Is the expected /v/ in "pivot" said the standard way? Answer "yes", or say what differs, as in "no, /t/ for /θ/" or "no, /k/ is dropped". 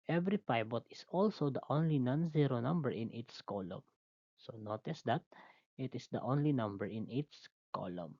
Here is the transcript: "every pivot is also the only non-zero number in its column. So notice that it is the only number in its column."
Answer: no, /b/ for /v/